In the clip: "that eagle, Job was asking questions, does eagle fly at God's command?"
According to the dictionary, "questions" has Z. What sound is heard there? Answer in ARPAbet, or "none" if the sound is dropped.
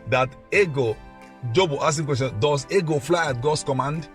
none